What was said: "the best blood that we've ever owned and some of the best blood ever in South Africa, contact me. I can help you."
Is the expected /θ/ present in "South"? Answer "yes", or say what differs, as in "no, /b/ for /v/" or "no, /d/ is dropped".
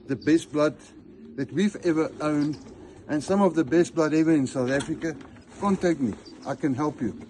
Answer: yes